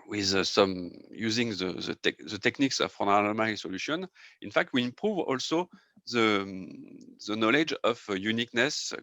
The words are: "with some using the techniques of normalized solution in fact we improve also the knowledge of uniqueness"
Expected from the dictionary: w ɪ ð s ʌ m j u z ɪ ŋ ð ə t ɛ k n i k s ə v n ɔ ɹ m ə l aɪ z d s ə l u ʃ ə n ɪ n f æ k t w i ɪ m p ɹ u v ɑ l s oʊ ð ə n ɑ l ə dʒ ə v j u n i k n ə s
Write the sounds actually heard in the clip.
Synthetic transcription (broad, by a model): w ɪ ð s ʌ m j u z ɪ ŋ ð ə t ɛ k n i k s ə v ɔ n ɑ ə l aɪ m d s ə l u ʃ ə n ɪ n f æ k t w i ɪ m p ɹ u v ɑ l s oʊ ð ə n ɑ l ə dʒ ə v j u n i k n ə s